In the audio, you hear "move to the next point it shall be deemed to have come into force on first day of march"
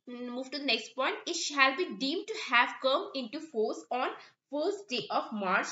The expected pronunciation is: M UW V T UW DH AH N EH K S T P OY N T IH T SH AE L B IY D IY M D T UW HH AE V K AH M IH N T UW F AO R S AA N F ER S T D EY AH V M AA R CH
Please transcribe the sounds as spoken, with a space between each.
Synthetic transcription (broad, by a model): M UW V T UW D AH N EH K S T P OY N T IH T SH AE L B IY D IY M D T UW HH AE V K AH M IH N T UW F AO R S AA N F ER S T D EY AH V M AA R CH